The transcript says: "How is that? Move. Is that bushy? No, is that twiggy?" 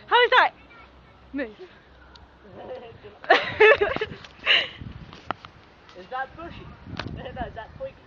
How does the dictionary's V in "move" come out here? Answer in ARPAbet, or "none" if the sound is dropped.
none